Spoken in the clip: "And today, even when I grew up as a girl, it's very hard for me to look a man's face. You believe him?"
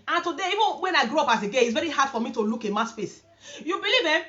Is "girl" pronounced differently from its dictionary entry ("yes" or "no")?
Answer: yes